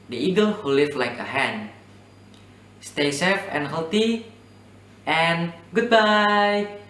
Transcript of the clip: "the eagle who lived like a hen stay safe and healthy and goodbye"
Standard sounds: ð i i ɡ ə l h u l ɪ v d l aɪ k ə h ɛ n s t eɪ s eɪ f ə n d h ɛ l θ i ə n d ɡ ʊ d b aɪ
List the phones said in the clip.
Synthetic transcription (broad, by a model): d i i ɡ ə l h u l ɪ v l aɪ k ə h ɛ n s t eɪ s eɪ f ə n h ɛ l t i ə n ɡ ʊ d b aɪ